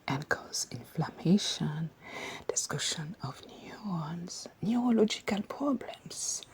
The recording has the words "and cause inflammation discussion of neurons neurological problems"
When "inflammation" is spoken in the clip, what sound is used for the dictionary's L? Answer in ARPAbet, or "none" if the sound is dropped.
L